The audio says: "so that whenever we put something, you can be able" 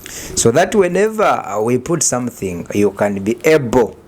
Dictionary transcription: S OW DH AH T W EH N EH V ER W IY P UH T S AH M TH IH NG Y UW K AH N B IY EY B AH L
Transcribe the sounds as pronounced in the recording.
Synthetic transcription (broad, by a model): S OW DH AH T W EH N EH V ER W IY P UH T S AH M TH IH NG Y UW K AH N B IY EY B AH L